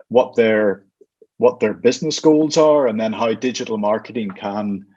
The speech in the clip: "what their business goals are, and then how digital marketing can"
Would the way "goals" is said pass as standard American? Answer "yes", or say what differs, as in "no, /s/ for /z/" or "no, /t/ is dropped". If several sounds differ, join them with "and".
yes